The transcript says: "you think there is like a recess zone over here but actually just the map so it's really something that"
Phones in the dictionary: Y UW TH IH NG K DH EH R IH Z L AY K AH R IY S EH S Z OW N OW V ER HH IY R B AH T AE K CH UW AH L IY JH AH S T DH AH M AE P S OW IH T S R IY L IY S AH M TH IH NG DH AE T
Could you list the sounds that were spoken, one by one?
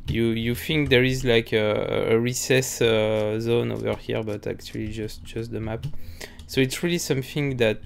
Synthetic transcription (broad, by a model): Y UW F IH NG K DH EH R IH Z L AY K AH R IY S EH S Z OW N OW V ER HH IY R B AH T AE K CH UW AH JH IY JH AH S T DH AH M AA P S OW IH T S R IY L IY S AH M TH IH NG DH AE T